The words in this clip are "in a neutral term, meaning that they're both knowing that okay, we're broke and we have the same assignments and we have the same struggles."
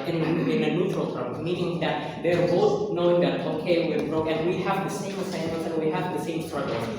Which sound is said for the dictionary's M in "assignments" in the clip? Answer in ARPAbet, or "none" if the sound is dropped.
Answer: none